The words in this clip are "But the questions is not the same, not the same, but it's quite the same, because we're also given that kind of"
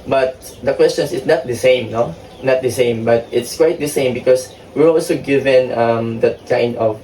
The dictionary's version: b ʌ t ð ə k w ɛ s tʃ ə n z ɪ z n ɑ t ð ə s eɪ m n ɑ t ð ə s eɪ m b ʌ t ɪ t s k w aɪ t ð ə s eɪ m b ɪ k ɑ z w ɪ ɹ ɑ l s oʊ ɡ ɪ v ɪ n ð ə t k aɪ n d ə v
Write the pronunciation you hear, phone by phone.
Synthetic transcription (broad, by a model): b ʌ t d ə k w ɛ s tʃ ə n s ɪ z n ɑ t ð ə s eɪ m n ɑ t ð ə s eɪ m b ʌ t ɪ t s k w aɪ t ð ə s eɪ m b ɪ k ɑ s w ɪ ɹ ɑ l s oʊ ɡ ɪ v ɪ n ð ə t k aɪ n d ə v